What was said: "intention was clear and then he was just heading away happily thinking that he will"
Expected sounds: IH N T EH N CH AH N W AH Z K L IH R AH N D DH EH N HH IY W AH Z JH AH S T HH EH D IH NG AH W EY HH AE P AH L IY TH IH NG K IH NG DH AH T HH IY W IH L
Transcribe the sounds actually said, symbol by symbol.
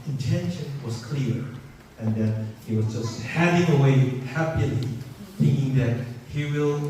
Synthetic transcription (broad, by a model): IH N T EH N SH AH N W AH Z K L IH R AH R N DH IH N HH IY W AH Z JH AH S T HH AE D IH NG AH W EY HH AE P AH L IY TH IH NG K IH NG DH AH T HH IY W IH L